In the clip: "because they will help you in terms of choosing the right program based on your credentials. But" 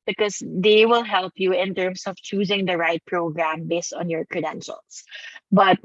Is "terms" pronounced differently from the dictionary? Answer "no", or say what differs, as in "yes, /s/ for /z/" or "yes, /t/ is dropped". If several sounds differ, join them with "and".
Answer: yes, /s/ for /z/